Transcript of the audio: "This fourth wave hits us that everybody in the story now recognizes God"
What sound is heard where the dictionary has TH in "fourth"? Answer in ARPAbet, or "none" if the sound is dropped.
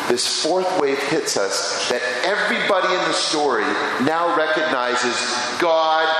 TH